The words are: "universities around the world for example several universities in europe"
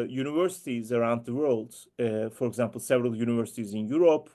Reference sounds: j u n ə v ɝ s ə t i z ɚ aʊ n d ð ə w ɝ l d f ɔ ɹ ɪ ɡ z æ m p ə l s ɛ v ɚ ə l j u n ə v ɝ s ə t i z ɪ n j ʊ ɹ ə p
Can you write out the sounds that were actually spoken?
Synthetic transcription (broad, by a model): j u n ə v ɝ s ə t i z ɚ aʊ n d ð ə w ɝ l d f ɔ ɹ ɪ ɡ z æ m p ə l s ɛ v ɚ ə l j u n ə v ɝ s ə t i z ɪ n j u ɹ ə p